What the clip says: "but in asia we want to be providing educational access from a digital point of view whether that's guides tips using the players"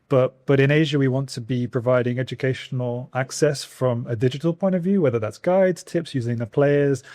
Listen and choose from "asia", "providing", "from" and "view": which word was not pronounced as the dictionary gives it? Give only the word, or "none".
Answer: none